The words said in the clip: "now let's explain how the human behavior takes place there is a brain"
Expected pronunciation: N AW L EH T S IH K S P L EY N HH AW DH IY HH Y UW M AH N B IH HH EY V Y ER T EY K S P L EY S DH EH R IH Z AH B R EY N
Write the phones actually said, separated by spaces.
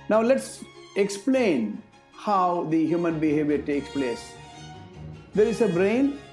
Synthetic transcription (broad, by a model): N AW L EH T S IH K S P L EY N HH AW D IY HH Y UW M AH N B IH HH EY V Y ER T EY K S P L EY S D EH R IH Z AH B R EY N